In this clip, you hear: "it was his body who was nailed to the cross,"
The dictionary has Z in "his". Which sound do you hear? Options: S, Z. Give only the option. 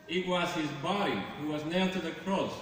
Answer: Z